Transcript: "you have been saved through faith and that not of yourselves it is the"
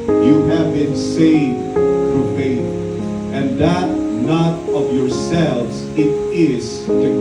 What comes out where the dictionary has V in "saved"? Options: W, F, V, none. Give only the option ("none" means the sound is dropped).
V